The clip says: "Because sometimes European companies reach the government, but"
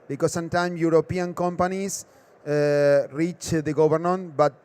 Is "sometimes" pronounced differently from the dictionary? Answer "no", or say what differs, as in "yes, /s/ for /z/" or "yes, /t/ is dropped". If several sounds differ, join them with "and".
yes, /z/ is dropped